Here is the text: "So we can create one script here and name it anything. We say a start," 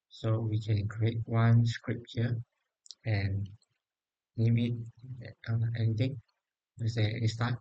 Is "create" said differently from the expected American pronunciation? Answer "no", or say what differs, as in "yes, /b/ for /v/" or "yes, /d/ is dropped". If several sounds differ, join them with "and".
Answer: no